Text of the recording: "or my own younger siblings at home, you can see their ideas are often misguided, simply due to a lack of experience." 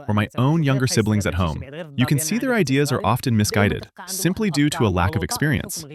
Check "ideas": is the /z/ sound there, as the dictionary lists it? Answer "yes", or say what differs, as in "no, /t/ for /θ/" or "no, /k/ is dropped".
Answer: yes